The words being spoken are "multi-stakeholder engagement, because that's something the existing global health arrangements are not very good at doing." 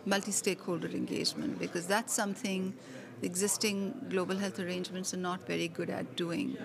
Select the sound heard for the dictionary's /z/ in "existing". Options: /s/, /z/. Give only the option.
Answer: /z/